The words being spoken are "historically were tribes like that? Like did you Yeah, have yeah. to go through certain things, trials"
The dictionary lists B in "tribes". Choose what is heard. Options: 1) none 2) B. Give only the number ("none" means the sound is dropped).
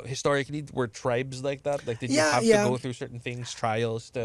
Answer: 2